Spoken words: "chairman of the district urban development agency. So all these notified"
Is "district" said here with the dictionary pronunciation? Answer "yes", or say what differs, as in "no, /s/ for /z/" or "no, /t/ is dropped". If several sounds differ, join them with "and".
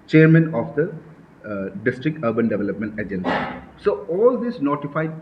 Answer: yes